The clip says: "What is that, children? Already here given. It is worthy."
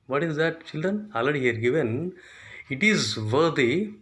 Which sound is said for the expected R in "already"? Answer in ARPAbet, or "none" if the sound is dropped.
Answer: none